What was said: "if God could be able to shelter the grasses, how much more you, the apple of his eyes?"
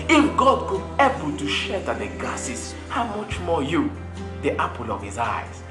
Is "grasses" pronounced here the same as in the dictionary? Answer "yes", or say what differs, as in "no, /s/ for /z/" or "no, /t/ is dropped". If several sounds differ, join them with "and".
no, /ɹ/ is dropped